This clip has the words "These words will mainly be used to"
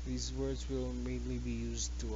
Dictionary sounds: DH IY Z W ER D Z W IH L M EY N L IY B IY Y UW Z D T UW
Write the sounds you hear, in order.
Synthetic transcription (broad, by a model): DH IY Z W ER D Z W IH L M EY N L IY B IY Y UW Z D T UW